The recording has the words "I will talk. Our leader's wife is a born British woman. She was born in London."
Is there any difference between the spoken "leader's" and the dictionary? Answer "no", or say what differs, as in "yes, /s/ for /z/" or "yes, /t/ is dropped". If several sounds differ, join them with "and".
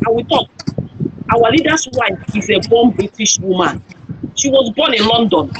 yes, /s/ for /z/